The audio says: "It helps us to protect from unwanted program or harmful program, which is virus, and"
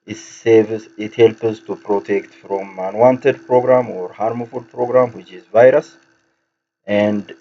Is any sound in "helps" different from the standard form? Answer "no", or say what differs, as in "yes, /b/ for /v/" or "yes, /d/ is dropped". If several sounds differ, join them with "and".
yes, /s/ is dropped